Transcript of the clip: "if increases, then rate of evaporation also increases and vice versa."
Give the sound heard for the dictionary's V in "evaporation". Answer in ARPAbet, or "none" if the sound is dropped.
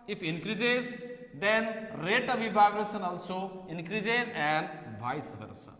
B